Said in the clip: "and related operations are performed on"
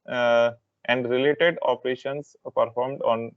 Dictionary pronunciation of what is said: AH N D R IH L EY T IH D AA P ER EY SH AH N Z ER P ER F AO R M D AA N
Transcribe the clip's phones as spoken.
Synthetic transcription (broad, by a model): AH N D R IH L EY T IH D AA P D EY SH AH N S P ER F AO R M D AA N